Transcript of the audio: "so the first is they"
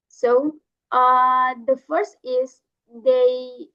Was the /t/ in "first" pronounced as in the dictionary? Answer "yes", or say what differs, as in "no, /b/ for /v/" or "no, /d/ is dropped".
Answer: yes